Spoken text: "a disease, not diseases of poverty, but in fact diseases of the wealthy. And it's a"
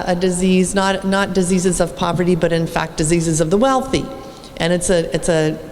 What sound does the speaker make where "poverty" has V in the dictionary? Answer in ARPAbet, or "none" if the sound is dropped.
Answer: V